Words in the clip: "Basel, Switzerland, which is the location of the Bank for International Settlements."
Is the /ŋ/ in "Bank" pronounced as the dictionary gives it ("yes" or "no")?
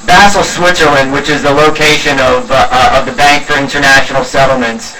yes